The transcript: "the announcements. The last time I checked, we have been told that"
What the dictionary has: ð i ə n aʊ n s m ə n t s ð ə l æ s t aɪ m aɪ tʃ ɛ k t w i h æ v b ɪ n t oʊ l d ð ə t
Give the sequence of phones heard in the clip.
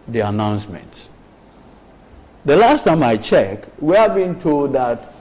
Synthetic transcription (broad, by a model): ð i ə n aʊ n s m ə n t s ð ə l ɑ s t aɪ m aɪ tʃ ɛ k t w i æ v b ɪ n t oʊ l d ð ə t